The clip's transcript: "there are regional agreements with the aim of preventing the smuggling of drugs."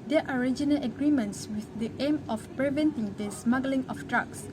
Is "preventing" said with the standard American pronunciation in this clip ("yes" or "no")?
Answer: yes